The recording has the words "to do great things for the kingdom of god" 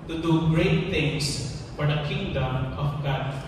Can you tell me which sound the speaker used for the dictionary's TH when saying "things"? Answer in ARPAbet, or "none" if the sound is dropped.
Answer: T